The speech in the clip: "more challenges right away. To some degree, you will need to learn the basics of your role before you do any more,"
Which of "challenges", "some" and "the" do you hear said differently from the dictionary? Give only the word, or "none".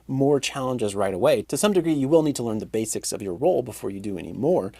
none